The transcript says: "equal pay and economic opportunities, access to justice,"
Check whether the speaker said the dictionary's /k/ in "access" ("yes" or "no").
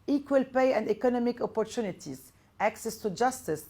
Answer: yes